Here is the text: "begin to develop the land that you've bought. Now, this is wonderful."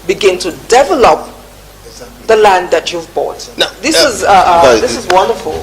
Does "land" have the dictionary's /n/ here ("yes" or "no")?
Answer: yes